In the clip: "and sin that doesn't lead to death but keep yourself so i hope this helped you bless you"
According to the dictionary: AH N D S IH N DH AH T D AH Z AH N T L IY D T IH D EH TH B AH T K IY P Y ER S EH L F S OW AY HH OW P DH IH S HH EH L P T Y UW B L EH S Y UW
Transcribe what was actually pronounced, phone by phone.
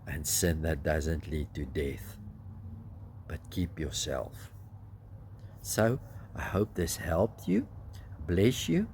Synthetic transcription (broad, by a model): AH N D S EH N DH AH T D AH Z AH N T L IY D T IH D EH TH B AH T K IY P Y ER S EH L F S OW AY HH OW P DH IH S HH EH L P T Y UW B L EH S Y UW